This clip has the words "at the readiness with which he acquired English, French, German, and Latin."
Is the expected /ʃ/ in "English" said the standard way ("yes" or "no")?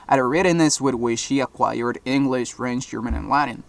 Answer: yes